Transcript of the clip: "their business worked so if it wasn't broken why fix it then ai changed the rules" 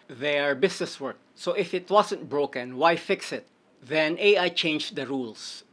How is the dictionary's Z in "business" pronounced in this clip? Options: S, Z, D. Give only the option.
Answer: S